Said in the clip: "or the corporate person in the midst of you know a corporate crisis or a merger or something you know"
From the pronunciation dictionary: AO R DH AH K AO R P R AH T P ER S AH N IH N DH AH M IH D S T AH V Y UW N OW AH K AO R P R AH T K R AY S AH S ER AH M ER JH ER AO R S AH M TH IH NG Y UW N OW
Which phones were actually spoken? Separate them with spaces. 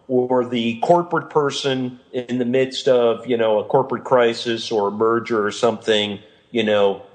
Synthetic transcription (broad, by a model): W R DH AH K AO R P R AH T P ER S AH N IH N DH AH M IH D S T AH V Y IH N OW AH K AO R P R AH T K R AY S AH S ER AH M ER JH ER R S AH M TH IH NG Y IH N OW